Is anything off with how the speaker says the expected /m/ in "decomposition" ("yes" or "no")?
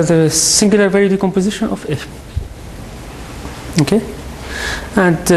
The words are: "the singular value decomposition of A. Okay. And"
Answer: no